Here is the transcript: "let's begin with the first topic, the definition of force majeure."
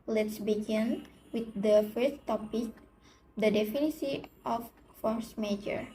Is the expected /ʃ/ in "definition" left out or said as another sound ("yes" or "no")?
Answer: yes